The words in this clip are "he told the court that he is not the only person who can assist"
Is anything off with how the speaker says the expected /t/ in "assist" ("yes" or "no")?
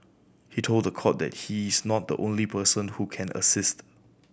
no